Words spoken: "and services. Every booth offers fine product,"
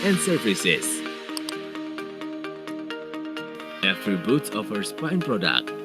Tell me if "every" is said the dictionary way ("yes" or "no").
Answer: no